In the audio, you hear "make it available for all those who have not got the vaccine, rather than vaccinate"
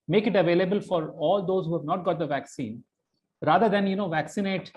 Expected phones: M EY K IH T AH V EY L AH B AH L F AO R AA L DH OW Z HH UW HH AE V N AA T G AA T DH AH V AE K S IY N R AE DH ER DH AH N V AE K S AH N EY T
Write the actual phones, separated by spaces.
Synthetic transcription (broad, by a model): M EY K IH T AH V EY L AH B AH L F AO R AA L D OW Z HH UW HH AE V N AA T G AA T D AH V AE K S IY N R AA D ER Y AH N V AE K S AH N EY T